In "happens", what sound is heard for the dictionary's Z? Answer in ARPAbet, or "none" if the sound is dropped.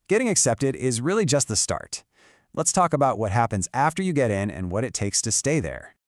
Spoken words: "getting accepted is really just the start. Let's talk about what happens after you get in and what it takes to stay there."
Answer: Z